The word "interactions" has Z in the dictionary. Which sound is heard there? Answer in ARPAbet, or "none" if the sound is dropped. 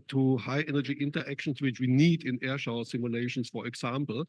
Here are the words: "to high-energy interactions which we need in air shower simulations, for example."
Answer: S